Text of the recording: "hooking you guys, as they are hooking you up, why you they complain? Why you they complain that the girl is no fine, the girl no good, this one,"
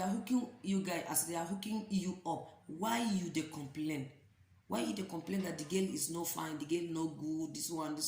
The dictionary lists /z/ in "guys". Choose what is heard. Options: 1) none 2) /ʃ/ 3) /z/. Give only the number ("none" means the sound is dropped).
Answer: 1